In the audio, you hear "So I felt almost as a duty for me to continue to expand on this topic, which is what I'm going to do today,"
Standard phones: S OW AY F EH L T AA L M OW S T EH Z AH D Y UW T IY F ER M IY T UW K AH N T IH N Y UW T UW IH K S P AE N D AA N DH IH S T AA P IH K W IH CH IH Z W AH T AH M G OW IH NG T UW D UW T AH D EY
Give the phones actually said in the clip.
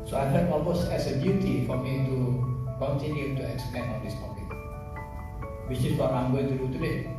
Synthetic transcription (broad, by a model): S OW AY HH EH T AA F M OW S EH S AH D Y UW T IY F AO M IY T UW K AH N T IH N Y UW T UW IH K S P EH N AA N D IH S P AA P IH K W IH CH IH S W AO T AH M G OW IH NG T UW D UW T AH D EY